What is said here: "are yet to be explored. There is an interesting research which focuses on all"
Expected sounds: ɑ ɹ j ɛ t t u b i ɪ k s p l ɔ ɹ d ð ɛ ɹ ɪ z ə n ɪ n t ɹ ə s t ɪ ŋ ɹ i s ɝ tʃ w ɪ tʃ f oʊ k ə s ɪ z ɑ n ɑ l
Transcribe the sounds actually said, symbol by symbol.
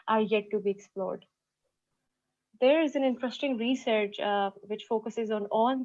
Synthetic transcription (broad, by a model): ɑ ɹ j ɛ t t u b i ɪ k s p l ɔ ɹ d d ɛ ɹ ɪ z ə n ɪ n t ɹ ə s t ɪ ŋ ɹ i s ɝ tʃ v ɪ tʃ f oʊ k ə s ɪ z ɑ n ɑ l